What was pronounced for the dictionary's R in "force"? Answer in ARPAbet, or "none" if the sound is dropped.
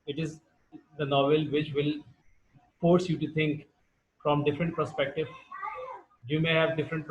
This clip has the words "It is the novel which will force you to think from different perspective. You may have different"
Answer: R